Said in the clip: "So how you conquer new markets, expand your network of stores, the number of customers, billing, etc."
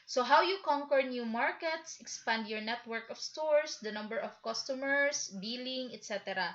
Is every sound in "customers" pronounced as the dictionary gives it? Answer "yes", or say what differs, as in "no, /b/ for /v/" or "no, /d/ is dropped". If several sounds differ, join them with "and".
no, /s/ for /z/